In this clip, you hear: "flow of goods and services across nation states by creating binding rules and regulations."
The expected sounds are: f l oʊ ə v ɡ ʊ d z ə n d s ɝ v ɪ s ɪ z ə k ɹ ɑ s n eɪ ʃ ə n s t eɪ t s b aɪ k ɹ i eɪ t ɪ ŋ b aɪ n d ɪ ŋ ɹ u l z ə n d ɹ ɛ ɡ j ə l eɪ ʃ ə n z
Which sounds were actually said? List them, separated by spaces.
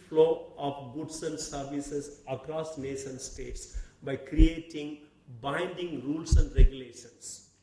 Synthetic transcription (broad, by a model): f l oʊ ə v ɡ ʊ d s ə n d s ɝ v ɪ s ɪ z ə k ɹ ɑ s n eɪ ʃ ə n s t eɪ t s b aɪ k ɹ i eɪ t ɪ ŋ b aɪ n d ɪ ŋ ɹ u l s ə n d ɹ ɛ ɡ j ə l eɪ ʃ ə n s